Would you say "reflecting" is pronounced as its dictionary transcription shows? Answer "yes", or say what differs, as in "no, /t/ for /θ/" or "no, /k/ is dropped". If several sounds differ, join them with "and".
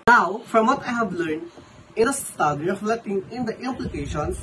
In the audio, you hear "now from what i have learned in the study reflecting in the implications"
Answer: no, /k/ is dropped